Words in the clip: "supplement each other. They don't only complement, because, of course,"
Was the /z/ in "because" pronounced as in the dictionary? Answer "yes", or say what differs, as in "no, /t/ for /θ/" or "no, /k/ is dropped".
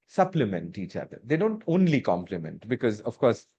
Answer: yes